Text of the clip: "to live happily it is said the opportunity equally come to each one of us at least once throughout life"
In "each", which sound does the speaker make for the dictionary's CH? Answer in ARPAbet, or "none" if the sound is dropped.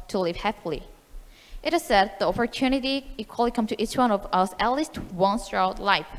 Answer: CH